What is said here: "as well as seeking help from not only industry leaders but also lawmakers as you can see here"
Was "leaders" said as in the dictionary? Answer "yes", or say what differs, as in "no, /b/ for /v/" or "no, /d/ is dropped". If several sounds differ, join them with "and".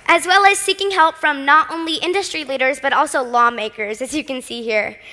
yes